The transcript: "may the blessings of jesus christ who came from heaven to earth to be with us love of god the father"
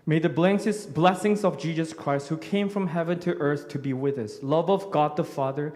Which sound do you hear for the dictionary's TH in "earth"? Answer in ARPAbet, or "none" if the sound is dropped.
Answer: TH